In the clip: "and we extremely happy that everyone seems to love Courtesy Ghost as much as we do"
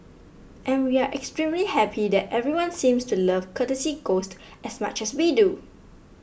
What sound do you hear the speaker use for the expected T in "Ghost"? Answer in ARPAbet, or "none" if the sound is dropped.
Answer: T